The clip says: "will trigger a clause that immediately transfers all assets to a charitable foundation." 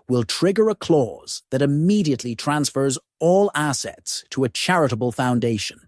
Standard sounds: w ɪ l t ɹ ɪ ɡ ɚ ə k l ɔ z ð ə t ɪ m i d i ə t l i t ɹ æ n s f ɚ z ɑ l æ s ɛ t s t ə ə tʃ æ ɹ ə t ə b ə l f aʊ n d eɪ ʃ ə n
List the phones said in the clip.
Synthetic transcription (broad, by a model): w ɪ l t ɹ ɪ ɡ ɚ ə k l ɔ z ð ə t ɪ m i d i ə t l i t ɹ æ n s f ɚ z ɑ l æ s ɛ t s t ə ə tʃ æ ɹ ə t ə b ə l f aʊ n d eɪ ʃ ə n